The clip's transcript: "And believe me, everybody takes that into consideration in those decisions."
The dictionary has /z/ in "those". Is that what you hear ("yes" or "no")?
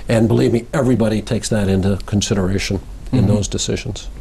yes